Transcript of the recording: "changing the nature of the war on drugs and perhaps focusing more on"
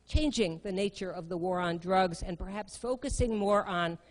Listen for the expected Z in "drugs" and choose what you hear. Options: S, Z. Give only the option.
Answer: Z